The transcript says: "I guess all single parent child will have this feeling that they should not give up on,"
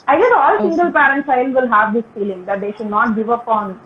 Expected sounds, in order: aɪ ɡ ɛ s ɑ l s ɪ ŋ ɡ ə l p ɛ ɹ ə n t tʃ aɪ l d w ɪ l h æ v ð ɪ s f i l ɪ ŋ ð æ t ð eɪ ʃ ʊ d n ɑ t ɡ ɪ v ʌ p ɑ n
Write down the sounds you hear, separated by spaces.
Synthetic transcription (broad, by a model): aɪ ɡ ɛ s ɑ l s ɪ ŋ ɡ ə l p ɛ ɹ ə n t s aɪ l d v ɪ l h æ v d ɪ s f i l ɪ ŋ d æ t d eɪ ʃ ʊ d n ɑ t ɡ ɪ v ʌ p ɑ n